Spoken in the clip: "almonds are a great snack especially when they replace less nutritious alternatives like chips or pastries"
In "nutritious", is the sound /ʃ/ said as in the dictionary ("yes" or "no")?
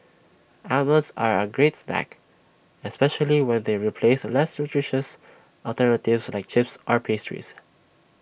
yes